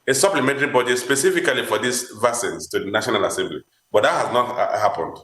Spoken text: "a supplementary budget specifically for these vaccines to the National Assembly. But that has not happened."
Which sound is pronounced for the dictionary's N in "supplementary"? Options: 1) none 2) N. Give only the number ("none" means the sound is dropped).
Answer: 2